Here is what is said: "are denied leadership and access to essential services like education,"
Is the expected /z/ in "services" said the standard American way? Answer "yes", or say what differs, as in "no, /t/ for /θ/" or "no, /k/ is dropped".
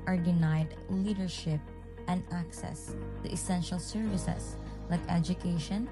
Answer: no, /s/ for /z/